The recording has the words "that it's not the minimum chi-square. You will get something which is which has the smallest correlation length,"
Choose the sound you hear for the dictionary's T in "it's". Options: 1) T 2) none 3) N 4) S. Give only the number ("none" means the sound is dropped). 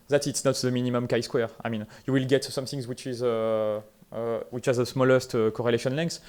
1